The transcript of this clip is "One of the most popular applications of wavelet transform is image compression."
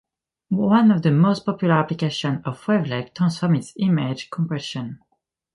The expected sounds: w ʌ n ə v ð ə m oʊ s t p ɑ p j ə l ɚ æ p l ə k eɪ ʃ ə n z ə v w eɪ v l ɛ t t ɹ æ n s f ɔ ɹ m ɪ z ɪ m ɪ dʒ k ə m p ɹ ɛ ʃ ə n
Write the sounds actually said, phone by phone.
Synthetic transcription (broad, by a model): w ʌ n ə v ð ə m oʊ s t p ɑ p j ə l ɚ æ p l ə k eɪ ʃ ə n ə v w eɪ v l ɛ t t æ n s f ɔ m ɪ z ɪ m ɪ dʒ k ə m p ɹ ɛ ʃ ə n